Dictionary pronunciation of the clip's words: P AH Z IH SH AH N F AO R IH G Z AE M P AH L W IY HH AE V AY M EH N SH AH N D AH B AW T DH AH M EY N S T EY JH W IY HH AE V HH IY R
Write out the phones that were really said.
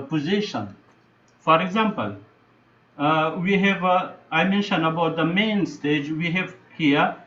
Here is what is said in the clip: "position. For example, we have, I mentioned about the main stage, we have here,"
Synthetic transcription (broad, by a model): P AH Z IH SH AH N F AO R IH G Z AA M P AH L W IY HH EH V AY M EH N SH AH N AH B AW T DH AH M EY N S T EY JH W IY HH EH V HH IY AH